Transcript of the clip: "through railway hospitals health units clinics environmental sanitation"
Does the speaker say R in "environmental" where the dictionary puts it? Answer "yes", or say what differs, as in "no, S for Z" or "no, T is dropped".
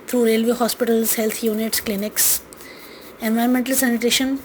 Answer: no, R is dropped